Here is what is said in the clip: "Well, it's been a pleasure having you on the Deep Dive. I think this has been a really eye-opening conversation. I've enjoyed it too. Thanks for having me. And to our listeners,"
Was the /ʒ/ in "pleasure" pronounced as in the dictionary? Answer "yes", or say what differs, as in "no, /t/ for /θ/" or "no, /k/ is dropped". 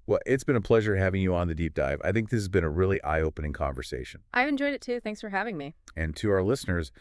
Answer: yes